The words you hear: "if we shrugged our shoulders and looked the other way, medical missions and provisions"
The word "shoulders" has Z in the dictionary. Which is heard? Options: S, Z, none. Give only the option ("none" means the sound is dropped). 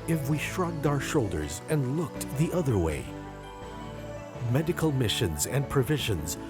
Z